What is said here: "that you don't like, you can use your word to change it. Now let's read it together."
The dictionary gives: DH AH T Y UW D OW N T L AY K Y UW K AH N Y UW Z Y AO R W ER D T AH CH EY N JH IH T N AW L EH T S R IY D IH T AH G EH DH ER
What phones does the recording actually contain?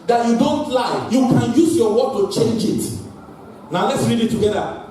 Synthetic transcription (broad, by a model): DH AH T Y UW D OW N T L AY Y UW K AH N Y UW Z Y AO W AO T AH CH EY N JH IH T N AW L EH T S R IY D IH T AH G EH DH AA